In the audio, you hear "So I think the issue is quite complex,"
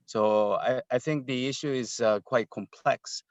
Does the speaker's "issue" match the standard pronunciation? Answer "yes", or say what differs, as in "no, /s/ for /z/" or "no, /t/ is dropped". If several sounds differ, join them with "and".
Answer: yes